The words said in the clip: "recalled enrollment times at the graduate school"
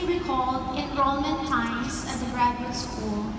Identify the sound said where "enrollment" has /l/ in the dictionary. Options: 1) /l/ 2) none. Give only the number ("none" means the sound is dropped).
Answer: 2